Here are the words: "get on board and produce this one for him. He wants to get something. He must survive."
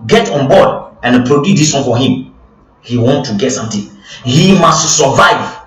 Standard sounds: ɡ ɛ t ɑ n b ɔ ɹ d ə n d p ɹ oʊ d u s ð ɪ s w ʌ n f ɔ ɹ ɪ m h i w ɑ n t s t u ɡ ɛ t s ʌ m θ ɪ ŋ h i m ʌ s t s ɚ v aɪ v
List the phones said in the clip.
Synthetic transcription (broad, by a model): ɡ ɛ t ɑ n b ɔ d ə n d p ɹ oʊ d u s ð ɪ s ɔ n f ɔ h ɪ m h i w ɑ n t t u ɡ ɛ t s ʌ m t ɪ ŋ h i m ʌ s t s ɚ v aɪ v